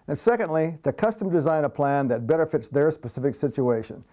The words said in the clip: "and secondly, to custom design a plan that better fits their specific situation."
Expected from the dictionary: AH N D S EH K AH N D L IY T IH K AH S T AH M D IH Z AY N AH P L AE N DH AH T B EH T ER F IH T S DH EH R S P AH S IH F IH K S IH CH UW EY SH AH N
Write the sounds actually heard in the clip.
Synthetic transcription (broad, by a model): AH N S EH K AH N D L IY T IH K AH S T AH M D IH Z AY N AH P L AE N DH AH T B EH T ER F IH T S DH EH R S P AH S IH F IH K S IH CH UW EY SH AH N